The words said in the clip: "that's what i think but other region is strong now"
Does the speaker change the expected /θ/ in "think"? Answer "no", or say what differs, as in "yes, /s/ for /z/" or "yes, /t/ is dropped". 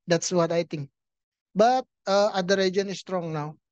yes, /t/ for /θ/